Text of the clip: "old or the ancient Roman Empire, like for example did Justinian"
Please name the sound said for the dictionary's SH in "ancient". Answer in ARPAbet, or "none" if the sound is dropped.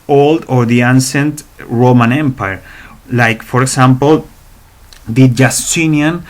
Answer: S